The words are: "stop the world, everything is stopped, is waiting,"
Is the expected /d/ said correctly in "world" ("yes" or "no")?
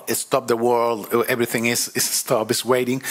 yes